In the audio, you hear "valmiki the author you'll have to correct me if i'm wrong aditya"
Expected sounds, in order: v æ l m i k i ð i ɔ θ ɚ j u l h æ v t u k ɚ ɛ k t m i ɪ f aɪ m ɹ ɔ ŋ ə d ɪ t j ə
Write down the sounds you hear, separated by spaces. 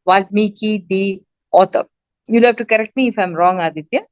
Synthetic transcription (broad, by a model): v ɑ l m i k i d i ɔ t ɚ j u l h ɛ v t u k ɚ ɛ k t m i ɪ f aɪ m ɹ ɔ ŋ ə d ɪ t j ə